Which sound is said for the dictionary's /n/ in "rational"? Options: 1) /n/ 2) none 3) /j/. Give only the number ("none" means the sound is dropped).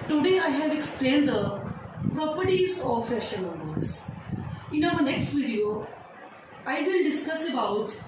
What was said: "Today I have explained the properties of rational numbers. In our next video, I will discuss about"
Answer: 2